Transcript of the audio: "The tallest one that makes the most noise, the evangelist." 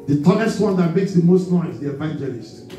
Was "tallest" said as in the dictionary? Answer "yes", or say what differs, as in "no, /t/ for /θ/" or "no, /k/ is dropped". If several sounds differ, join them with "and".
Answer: no, /n/ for /l/